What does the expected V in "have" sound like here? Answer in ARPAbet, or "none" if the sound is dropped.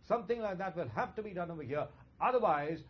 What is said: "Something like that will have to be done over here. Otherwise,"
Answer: F